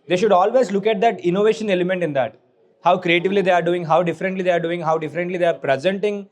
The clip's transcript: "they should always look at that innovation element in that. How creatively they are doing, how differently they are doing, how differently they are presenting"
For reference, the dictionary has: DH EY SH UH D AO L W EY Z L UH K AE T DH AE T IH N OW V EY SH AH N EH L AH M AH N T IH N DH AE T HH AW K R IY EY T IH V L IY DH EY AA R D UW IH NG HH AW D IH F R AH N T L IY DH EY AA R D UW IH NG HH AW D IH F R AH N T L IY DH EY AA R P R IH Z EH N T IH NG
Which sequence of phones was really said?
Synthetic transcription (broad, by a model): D EY SH UH D AO L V EY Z L UH K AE T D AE T IH N OW V EY SH AH N EH L AH M AH N T IH N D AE T HH AW K R IY EY T IH V L IY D EY AA R D UW IH NG HH AW D IH F R AH N T L IY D EY AA R D UW IH NG HH AW D IH F R AH N T L IY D EY AA R P R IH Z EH N T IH NG